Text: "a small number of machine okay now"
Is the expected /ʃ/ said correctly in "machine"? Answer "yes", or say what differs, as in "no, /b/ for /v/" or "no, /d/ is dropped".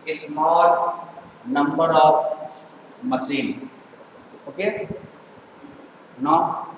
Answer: no, /s/ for /ʃ/